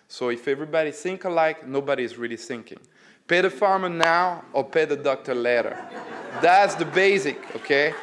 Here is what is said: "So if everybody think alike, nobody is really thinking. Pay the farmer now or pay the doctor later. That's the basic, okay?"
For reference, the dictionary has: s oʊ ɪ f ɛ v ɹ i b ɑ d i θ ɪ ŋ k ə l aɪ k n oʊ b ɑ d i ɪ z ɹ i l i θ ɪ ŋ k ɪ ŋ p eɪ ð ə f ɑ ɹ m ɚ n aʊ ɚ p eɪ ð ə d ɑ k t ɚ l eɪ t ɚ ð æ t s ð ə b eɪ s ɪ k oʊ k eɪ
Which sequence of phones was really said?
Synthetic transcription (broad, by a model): s oʊ ɪ f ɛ v ɹ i b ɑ d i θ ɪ ŋ k ə l aɪ k n oʊ b ɑ d i ɪ z ɹ i l i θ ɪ ŋ k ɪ ŋ p eɪ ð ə f ɑ ɹ m ɚ n aʊ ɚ p eɪ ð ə d ɑ k t ɚ l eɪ t ɚ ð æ t s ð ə b eɪ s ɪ k oʊ k eɪ